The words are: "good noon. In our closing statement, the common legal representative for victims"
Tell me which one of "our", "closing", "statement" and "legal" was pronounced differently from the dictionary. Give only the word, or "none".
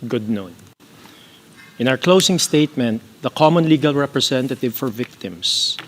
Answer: closing